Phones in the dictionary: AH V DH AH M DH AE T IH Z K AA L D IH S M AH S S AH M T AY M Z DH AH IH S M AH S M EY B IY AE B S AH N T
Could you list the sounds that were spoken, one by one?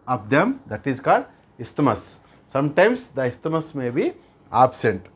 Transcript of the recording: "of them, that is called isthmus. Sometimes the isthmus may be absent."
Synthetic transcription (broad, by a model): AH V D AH M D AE T IH Z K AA D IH S M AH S S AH M T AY M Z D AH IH S M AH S M EY B IY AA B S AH N T